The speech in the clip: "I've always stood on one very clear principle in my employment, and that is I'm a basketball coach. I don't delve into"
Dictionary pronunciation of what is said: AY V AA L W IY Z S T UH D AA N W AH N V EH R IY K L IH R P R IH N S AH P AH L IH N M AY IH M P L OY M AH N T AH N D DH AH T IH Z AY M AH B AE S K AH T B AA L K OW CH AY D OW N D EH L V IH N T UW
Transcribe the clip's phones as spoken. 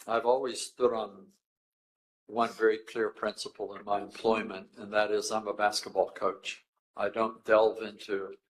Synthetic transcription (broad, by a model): AY V AA L W IY Z S T UH D N W AH N V EH R IY K L IH R P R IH N S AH P L IH N M AY IH M P L OY M AH N T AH N DH AH T IH Z AY M AH B AE S K AH T B AA L K OW CH AY D OW N D EH L V IH N T UW